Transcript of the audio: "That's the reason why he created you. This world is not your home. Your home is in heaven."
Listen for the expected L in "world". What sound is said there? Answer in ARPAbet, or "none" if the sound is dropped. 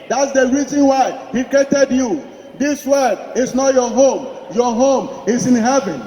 none